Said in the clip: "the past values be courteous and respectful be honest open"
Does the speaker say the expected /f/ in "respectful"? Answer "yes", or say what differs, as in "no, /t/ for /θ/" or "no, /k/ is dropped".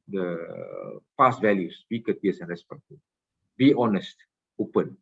no, /f/ is dropped